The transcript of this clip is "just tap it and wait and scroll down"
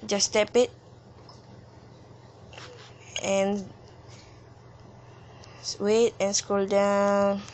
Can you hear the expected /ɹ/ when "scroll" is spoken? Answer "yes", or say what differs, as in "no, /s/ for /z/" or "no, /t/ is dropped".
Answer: no, /ɹ/ is dropped